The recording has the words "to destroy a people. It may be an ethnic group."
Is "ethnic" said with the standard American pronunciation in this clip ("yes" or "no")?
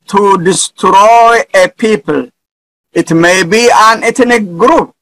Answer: no